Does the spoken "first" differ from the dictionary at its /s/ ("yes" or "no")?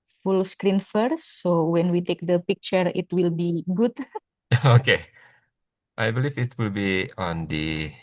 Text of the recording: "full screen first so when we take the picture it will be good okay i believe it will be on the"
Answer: yes